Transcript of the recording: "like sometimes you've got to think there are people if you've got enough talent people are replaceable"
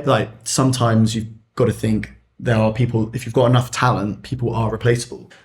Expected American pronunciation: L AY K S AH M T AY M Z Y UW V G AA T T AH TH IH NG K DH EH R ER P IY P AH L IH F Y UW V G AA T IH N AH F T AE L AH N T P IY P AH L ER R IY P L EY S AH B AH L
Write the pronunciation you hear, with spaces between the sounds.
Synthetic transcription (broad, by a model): L AY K S AH M T AY M Z Y UW V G AA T T AH TH IH NG K DH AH R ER P IY P AH L IH F Y UW V G AA T IH N AH F T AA L AH N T P IY P AH L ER R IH P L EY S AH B AH L